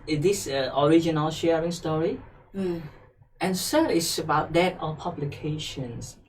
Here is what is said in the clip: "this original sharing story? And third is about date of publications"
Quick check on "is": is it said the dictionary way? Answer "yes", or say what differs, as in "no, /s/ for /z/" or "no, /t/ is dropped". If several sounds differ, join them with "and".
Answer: no, /s/ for /z/